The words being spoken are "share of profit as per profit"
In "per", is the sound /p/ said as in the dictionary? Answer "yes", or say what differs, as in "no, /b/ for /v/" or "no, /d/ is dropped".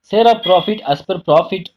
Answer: yes